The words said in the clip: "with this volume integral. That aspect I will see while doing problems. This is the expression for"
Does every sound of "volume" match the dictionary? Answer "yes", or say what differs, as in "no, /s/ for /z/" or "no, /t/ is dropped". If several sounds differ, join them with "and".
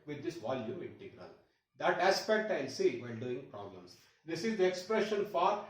yes